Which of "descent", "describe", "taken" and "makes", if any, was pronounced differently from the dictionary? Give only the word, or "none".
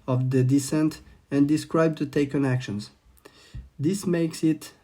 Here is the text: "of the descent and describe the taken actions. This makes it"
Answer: none